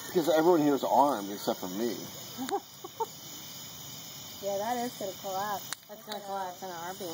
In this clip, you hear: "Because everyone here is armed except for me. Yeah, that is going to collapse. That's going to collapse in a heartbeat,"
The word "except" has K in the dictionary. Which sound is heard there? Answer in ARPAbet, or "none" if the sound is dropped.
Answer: none